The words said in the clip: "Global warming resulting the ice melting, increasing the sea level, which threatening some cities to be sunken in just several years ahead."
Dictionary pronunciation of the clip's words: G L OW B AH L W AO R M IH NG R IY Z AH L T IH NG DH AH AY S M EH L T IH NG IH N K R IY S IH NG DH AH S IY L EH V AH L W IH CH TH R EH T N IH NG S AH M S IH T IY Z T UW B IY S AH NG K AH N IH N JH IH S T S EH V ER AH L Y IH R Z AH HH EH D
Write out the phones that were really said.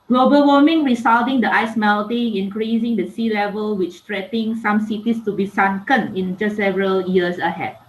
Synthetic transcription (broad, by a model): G L OW B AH L W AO M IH NG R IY S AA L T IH NG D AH AY S M EH L T IH NG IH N K R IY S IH NG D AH S IY L EH V AH L W IH CH T R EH T IH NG S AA M S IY T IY S T UW B IY S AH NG K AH N IH N JH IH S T S EH V ER AH L Y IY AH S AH HH EH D